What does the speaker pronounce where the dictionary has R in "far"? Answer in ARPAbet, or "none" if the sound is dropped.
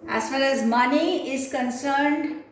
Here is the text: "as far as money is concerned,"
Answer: L